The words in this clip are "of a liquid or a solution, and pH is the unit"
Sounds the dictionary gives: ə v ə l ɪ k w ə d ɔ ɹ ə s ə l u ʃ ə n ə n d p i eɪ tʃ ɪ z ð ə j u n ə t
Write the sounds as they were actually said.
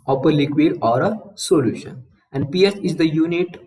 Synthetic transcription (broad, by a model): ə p ə l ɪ k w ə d ɔ ɹ ə s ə l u ʃ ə n ə n d p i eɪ s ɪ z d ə j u n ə t